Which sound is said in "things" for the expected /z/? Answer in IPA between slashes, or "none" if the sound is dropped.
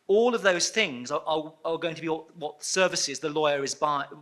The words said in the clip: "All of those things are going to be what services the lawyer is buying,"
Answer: /z/